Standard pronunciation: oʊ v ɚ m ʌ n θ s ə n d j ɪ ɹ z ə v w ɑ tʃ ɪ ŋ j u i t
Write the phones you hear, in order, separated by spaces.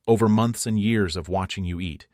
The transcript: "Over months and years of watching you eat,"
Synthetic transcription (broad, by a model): oʊ v ɚ m ʌ n θ s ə n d j ɪ ɹ z ə v w ɑ tʃ ɪ ŋ j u i t